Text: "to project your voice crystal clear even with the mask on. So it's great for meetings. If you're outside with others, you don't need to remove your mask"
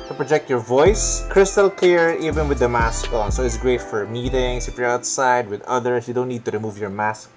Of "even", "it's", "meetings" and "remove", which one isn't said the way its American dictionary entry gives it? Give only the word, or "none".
meetings